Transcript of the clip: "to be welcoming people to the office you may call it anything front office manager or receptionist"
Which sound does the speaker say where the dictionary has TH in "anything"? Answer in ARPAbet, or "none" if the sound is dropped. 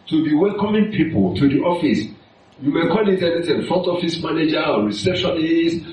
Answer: T